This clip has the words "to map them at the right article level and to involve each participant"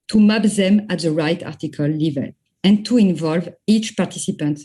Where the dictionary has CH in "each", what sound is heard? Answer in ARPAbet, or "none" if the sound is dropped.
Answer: CH